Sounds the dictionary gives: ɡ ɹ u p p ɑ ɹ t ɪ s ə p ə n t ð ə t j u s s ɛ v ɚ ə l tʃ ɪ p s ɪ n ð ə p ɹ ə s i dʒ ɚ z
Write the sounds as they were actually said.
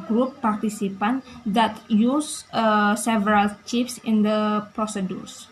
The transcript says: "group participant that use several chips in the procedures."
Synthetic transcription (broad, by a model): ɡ ɹ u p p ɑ ɹ t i s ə p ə n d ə t j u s s ɛ v ɚ ə l tʃ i f s ɪ n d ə p ɹ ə s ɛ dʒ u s